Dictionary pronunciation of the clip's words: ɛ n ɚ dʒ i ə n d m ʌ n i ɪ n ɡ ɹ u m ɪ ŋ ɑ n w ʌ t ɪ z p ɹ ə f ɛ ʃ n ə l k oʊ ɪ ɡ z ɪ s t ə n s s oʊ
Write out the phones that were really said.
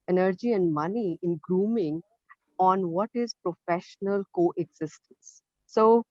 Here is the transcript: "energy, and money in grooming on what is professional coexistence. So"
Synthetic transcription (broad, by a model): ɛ n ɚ dʒ i ə n d m ʌ n i ɪ n ɡ ɹ u m ɪ ŋ ɑ n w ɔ t ɪ z p ɹ ə f ɛ ʃ n ə l k oʊ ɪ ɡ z ɪ s t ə n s s oʊ